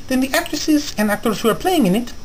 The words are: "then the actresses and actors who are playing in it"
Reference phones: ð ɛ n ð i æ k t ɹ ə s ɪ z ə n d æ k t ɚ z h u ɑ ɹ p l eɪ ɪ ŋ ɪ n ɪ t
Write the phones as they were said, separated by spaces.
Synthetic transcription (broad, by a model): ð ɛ n ð i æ k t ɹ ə s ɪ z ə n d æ k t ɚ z h u ɑ ɹ p l eɪ ɪ ŋ ɪ n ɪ t